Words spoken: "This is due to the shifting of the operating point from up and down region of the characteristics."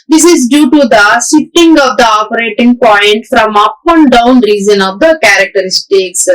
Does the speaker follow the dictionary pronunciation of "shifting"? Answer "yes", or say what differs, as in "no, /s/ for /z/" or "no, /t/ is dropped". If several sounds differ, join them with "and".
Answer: no, /s/ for /ʃ/ and /f/ is dropped